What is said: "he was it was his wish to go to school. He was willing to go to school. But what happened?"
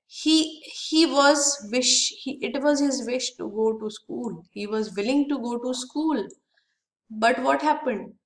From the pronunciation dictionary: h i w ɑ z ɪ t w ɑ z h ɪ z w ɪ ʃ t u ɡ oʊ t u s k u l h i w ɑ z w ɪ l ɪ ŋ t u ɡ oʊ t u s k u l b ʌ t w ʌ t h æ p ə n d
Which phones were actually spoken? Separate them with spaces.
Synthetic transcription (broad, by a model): h i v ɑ z ɪ t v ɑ z h ɪ z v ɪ ʃ t u ɡ oʊ t u s k u l h i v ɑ z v ɪ l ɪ ŋ t u ɡ oʊ t u s k u l b ʌ t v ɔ t h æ p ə n d